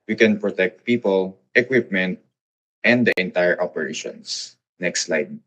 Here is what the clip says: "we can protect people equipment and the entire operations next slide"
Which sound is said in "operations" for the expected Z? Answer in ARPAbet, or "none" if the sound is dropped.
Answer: S